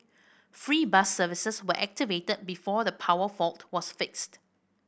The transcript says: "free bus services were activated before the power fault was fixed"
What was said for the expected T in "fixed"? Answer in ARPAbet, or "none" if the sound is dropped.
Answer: T